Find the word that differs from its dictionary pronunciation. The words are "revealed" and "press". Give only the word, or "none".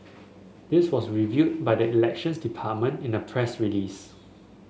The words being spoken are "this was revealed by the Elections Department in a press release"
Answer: revealed